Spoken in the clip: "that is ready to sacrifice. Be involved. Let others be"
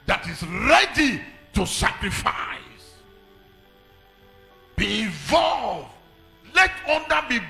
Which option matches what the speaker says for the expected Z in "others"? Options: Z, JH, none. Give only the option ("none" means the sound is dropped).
none